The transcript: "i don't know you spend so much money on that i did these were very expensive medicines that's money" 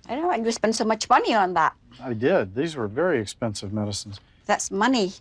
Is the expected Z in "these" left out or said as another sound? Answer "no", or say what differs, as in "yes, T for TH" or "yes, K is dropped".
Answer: no